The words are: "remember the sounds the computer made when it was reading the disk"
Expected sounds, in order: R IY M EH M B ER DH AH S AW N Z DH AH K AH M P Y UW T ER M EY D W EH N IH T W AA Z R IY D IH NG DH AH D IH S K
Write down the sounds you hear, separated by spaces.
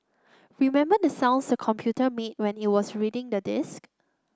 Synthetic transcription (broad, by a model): R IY M EH M B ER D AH S AW N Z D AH K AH M P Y UW T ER M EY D W EH N IH T W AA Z R IY D IH NG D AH D IH S K